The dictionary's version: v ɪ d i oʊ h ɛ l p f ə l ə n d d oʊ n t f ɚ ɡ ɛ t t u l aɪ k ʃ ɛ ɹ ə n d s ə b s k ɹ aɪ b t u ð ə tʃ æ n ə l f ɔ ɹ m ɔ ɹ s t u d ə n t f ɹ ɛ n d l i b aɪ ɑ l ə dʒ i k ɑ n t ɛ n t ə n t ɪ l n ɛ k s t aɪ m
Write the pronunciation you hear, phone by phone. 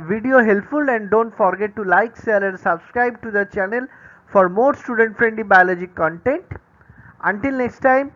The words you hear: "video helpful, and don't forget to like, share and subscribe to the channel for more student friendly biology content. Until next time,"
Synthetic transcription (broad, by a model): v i d i oʊ h ɛ l p f ə l ə n d d oʊ n t f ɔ ɡ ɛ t t u l aɪ k s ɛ l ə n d s ə b s k ɹ aɪ b t u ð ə tʃ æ n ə l f ɔ ɹ m ɔ ɹ s t u d ə n t f ɹ ɛ n d l i b aɪ ɑ l ə dʒ i k ɑ n t ɛ n t ə n t ɪ l n ɛ k s t aɪ m